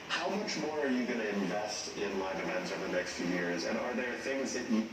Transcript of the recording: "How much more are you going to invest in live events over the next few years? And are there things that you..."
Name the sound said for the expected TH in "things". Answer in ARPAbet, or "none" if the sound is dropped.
TH